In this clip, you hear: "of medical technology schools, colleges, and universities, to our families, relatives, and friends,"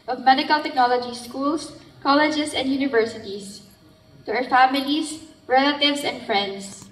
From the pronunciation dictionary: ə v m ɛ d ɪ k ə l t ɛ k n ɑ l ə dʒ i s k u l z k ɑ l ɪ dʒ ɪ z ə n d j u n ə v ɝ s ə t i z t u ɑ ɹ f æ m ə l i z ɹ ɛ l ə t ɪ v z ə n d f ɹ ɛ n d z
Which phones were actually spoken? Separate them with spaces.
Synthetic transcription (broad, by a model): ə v m ɛ d ɪ k ə l t ɛ k n ɑ l ə dʒ i s k u l s k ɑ l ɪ dʒ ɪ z ə n d j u n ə v ɝ s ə t i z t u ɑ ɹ f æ m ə l i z ɹ ɛ l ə t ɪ v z ə n d f ɹ ɛ n d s